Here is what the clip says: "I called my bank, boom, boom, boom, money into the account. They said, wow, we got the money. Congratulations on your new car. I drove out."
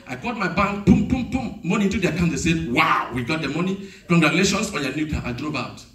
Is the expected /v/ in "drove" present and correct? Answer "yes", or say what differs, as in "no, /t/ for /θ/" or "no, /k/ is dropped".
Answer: no, /b/ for /v/